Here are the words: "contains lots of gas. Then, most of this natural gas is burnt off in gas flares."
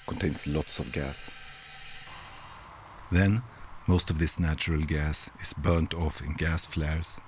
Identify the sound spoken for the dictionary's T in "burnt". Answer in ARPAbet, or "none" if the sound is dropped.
T